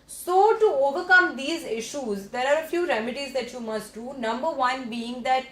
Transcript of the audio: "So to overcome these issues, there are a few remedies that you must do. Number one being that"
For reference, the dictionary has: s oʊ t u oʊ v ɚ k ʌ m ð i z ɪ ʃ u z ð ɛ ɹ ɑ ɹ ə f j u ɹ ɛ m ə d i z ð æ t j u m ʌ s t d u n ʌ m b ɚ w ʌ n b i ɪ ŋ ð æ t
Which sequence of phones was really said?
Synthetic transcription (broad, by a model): s oʊ t u oʊ v ɚ k ʌ m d i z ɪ ʃ u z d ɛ ɹ ɑ ɹ ə f j u ɹ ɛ m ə d i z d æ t j u m ʌ s t d u n ʌ m b ɚ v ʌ n b i ɪ ŋ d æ t